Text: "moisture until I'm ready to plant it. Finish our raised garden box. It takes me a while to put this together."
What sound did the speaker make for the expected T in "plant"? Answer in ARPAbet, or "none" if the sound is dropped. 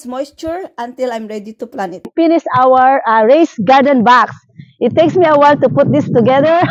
none